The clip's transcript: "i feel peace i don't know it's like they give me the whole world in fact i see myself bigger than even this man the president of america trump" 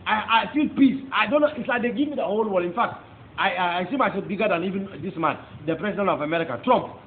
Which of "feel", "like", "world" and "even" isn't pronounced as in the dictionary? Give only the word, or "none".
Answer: world